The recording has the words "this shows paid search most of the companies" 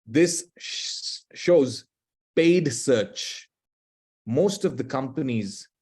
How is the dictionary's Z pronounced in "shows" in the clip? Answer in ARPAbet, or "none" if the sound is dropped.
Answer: Z